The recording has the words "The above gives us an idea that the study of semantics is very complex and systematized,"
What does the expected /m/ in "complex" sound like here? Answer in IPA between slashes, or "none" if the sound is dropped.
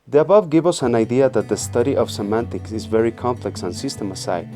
/m/